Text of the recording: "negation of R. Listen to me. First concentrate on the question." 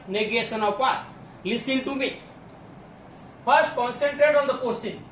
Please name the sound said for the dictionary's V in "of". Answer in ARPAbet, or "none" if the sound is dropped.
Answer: P